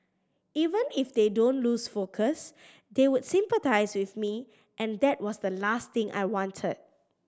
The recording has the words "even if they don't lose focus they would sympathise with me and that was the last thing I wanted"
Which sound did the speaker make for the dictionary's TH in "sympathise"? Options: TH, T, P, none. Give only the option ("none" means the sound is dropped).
T